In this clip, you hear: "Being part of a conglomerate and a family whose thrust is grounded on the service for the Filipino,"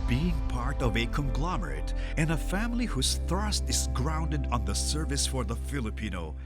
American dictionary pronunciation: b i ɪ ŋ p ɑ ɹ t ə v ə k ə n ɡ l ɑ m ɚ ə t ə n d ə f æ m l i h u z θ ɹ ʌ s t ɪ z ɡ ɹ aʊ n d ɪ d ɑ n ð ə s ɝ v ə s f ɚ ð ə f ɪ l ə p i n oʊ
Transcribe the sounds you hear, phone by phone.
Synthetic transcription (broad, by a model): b i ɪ ŋ p ɑ ɹ t ə v ə k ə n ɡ l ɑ m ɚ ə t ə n ə f æ m l i h u z θ ɹ ʌ s t ɪ z ɡ ɹ aʊ n d ɪ d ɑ n ð ə s ɝ v ə s f ɚ ð ə f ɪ l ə p i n oʊ